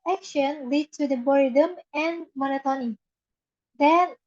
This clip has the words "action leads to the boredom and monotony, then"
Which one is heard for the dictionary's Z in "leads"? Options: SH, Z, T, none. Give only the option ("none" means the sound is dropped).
none